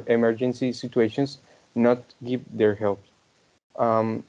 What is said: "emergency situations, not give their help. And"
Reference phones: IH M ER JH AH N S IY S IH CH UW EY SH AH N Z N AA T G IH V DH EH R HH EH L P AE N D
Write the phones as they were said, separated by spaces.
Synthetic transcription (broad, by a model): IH M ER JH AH N S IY S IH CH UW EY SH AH N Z N AA T G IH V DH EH R HH EH L P